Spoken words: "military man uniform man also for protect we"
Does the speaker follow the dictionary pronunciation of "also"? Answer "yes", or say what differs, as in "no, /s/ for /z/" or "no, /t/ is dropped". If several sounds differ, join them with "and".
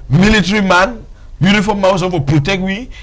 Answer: no, /l/ is dropped